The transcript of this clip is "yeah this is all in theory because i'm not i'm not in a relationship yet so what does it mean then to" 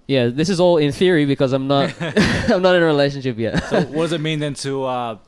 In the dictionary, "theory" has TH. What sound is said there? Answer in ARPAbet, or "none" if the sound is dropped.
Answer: TH